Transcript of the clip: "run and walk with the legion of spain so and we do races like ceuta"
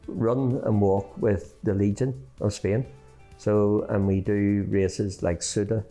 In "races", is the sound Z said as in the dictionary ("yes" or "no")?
yes